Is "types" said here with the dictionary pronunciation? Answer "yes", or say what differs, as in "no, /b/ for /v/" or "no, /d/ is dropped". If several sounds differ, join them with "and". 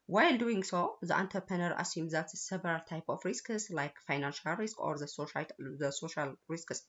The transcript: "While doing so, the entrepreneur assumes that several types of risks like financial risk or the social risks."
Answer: no, /s/ is dropped